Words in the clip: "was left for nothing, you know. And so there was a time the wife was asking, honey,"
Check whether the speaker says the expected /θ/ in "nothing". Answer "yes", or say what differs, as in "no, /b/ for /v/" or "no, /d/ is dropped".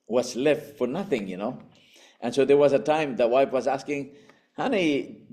yes